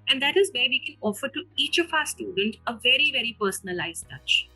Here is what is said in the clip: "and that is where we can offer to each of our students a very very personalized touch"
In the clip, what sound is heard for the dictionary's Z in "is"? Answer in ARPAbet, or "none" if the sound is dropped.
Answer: Z